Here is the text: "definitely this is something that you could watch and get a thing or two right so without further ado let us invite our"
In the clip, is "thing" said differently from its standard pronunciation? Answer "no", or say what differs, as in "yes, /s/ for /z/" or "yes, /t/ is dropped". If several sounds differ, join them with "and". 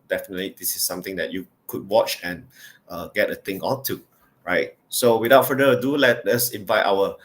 yes, /t/ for /θ/